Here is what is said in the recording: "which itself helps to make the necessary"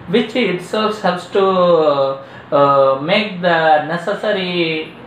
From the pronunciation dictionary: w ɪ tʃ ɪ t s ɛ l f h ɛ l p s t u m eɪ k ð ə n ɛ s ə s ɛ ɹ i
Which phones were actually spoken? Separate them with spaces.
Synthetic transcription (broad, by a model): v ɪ tʃ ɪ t s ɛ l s h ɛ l s t u m eɪ k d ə n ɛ s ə s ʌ ɹ i